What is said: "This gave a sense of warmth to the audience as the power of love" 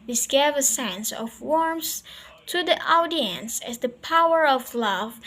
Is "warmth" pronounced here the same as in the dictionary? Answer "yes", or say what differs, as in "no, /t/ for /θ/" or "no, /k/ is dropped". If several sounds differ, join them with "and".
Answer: no, /s/ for /θ/